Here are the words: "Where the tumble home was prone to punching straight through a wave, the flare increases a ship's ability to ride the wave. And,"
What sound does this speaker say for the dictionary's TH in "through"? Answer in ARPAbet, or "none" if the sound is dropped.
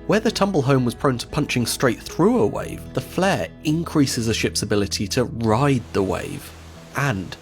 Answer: TH